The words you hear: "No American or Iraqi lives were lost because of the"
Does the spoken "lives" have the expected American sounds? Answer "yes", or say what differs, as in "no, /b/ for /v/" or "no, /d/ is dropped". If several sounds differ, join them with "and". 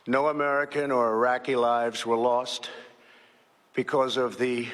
yes